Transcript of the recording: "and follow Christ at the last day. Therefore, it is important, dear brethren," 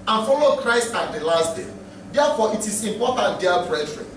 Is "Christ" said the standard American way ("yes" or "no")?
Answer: yes